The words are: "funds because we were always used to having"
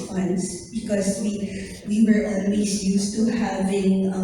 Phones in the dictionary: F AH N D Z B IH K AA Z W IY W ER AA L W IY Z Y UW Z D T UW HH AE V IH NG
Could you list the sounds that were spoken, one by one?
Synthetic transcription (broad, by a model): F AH N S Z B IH K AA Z W IY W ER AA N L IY S Y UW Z T UW HH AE V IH NG